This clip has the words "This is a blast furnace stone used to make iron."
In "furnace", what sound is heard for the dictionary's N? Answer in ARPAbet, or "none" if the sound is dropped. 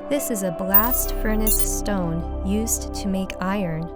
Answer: N